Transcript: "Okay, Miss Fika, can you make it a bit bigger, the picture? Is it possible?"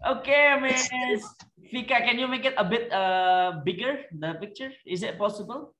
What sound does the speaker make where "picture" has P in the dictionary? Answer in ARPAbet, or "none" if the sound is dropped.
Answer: P